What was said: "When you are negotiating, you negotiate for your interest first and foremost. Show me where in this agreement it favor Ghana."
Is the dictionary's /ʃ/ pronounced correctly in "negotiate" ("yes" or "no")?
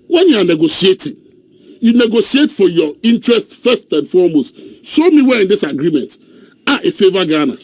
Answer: no